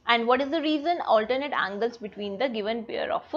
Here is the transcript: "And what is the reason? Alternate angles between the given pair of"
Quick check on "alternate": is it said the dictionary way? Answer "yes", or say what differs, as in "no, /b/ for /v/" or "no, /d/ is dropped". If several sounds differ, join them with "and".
yes